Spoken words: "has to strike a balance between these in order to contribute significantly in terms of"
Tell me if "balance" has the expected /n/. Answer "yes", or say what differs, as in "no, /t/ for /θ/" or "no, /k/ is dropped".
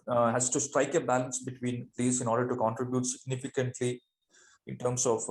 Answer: yes